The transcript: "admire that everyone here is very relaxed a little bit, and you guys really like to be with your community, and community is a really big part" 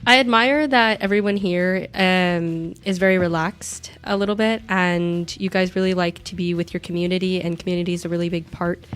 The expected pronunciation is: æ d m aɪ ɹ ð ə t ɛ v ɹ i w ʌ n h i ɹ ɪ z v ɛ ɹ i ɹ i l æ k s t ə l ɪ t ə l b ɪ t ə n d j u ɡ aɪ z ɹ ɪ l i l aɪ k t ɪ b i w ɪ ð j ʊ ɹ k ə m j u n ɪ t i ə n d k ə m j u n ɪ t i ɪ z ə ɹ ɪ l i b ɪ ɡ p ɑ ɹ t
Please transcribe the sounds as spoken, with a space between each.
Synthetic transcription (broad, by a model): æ d m aɪ ɹ ð ə t ɛ v ɹ i w ʌ n h i ɹ ɪ z v ɛ ɹ i ɹ i l æ k s t ə l ɪ t l b ɪ t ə n j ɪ ɡ aɪ z ɹ ɪ l i l aɪ k t ɪ b i w ɪ ð j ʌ ɹ k m j u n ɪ t i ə n k m j u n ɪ t i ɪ z ə ɹ ɪ l i b ɪ ɡ p ɑ ɹ t